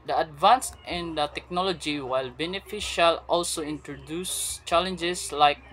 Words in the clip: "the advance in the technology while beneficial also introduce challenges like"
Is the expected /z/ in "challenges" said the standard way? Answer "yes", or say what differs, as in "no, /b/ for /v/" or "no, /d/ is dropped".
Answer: no, /s/ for /z/